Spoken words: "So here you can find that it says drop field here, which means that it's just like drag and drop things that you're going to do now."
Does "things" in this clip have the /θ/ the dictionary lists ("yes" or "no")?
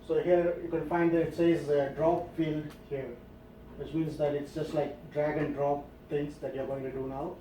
no